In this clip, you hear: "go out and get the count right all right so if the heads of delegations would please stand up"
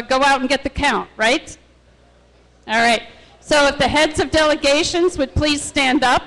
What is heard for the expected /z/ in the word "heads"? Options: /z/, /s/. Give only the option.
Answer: /z/